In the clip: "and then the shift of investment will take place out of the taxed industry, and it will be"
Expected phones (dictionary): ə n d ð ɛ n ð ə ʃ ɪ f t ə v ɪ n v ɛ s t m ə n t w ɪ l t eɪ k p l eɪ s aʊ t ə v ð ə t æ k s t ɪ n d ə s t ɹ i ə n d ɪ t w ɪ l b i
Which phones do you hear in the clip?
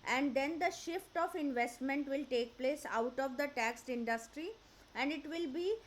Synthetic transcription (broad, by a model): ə n d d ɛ n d ə ʃ ɪ f t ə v ɪ n v ɛ s t m ə n t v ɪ l t eɪ k p l eɪ s aʊ t ə v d ə t æ k s t ɪ n d ə s t ɹ i ə n d ɪ t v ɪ l b i